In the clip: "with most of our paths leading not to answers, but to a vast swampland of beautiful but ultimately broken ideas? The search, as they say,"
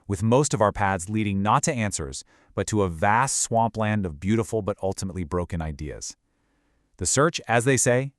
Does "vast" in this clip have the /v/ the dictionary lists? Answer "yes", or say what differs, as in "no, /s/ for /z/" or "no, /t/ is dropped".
yes